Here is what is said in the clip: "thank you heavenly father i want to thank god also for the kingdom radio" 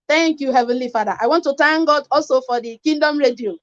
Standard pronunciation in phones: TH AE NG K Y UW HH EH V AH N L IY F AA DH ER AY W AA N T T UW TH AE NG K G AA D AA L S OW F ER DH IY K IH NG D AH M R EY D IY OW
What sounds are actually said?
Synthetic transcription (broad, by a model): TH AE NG K Y UW HH EH V AH N L IY F AA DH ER AY W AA N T T UW T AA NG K G AA D AA L S OW F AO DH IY K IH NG D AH M R EY D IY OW